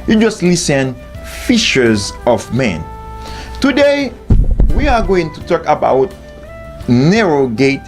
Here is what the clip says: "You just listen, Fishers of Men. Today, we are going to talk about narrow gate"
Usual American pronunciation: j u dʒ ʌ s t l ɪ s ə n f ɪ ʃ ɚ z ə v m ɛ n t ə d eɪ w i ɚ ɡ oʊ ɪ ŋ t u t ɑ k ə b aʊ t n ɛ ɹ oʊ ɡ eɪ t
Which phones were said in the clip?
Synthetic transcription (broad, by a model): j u dʒ ʌ s t l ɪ s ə n f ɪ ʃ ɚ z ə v m ɛ n t ə d eɪ w i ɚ ɡ oʊ ɪ ŋ t u t ɑ k ə b aʊ t n ɛ ɹ oʊ ɡ eɪ t